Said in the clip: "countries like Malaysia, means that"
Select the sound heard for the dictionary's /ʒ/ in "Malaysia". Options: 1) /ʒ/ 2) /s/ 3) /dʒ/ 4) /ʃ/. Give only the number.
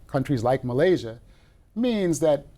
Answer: 1